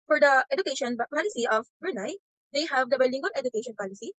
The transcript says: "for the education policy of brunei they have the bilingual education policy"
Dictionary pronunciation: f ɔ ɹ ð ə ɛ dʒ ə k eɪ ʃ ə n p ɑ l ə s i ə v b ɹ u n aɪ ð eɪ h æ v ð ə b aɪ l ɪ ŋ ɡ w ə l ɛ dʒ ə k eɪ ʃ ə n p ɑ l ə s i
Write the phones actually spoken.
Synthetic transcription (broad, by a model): f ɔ ɹ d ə ɛ dʒ ə k eɪ ʃ ə n p ɑ l ə s i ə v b u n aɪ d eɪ h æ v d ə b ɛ l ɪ ŋ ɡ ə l ɛ dʒ ə k eɪ ʃ ə n p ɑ l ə s i